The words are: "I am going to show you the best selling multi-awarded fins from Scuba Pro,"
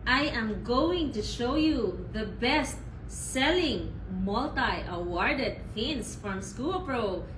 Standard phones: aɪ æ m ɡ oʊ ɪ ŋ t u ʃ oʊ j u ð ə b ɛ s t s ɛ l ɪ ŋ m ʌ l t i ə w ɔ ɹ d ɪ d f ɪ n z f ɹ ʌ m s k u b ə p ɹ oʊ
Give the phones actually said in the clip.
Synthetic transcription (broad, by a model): aɪ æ m ɡ oʊ ɪ ŋ t u ʃ oʊ j u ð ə b ɛ s t s ɛ l ɪ ŋ m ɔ l t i ə w ɔ ɹ d ɪ d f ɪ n s f ɹ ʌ m s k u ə p ɹ oʊ